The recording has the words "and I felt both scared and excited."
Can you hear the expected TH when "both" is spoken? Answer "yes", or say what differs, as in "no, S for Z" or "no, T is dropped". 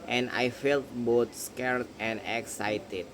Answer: no, T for TH